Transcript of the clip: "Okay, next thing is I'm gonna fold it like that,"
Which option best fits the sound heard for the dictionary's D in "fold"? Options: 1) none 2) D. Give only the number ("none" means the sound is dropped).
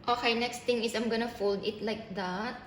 2